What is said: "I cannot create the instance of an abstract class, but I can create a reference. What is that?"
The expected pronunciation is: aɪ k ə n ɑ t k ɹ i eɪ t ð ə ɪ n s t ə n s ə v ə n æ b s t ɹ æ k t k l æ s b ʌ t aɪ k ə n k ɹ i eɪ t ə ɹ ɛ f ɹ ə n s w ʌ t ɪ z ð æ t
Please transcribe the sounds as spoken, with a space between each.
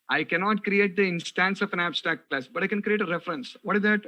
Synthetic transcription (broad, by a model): aɪ k ə n ɑ t k ɹ i eɪ t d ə ɪ n s t ə n s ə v ə n æ b s t ɹ æ k t k l æ s b ʌ t aɪ k ə n k ɹ i eɪ t ə ɹ ɛ f ɹ ə n s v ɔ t ɪ z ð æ t